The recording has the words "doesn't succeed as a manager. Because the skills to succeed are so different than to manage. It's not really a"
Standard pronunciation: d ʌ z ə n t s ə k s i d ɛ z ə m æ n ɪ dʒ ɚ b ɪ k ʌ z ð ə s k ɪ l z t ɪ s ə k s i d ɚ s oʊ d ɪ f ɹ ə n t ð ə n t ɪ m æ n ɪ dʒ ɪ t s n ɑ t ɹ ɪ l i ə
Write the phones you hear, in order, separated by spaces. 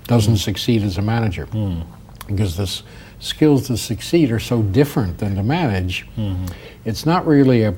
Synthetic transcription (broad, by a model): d ʌ z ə n t s ə k s i d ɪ z ə m æ n ɪ dʒ ɚ b ɪ k ʌ z ð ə s k ɪ l z t ɪ s ə k s i d ɚ s oʊ d ɪ f ɹ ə n ð ə n t ɪ m æ n ɪ dʒ ɪ t s n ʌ t ɹ ɪ l i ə